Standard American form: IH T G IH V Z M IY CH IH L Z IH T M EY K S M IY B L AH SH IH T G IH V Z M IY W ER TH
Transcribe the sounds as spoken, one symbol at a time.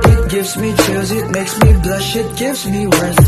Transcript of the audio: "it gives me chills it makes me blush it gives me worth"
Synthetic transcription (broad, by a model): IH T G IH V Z M IY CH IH Z IH T M EY K S M IY B L AH SH IH T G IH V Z M IY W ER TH